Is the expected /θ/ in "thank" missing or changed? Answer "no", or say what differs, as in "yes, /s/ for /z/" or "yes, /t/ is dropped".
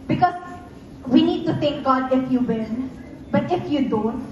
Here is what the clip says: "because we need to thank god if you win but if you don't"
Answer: yes, /t/ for /θ/